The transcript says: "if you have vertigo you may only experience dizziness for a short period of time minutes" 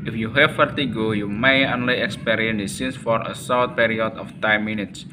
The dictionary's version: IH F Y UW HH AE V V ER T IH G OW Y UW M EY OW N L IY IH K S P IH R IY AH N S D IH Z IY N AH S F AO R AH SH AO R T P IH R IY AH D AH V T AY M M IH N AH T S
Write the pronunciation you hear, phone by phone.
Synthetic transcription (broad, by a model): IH F Y UW HH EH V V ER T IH G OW Y UW M EY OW N L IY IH K S P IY R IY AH N D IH S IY N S F AO R AH S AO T P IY R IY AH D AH F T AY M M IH N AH T S